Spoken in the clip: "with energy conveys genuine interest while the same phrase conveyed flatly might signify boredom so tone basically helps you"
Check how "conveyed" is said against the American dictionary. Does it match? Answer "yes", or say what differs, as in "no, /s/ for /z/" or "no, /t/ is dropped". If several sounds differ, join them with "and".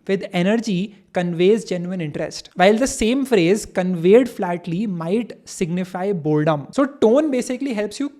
yes